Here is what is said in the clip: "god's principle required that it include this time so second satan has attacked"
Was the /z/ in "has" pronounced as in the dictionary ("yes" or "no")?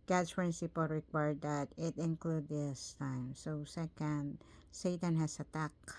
no